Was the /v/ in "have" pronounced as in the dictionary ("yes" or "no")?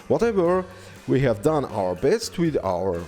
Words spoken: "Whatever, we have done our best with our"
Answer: yes